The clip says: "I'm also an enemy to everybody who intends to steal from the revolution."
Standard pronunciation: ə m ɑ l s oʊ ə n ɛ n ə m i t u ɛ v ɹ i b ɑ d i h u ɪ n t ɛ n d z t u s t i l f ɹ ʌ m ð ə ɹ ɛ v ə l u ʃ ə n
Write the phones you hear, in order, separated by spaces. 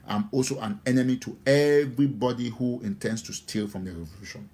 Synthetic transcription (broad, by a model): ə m ɑ l s oʊ ə n ɛ n ə m i t u ɛ v ɹ i b ɑ d i h u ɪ n t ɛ n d s t u s t i l f ɹ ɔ m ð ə ɹ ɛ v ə l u ʃ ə n